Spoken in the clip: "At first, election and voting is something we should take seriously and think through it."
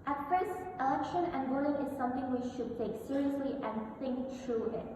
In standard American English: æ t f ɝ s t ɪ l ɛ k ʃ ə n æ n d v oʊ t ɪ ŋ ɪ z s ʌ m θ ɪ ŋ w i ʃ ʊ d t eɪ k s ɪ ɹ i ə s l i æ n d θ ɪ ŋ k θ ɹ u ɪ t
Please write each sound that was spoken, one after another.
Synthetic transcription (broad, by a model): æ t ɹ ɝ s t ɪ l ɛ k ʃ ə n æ n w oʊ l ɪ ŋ ɪ z s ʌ m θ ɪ ŋ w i ʃ ʊ d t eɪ k s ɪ ɹ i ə s l i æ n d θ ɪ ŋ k t ɹ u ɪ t